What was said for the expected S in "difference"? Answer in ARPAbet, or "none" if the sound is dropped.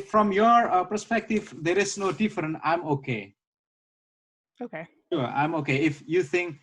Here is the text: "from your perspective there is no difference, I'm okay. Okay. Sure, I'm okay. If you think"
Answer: none